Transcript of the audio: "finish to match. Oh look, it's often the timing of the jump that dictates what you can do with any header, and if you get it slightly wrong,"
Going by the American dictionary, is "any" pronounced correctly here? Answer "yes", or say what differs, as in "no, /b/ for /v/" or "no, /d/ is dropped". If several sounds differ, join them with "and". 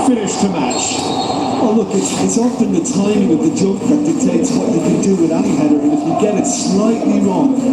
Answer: no, /n/ is dropped